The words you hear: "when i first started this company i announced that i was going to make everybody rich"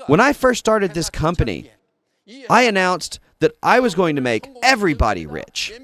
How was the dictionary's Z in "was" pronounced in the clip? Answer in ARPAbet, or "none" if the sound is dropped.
Z